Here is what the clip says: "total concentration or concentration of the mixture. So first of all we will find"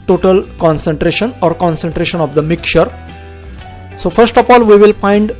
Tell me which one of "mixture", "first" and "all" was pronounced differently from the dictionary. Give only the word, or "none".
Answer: mixture